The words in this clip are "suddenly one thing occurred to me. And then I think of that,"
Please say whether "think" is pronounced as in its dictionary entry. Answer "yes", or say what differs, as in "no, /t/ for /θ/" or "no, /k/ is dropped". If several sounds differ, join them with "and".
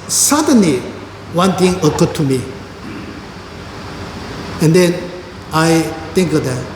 no, /t/ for /θ/